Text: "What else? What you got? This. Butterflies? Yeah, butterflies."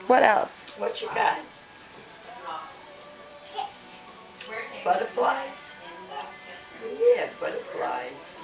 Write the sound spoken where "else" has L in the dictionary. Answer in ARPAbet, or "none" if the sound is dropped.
L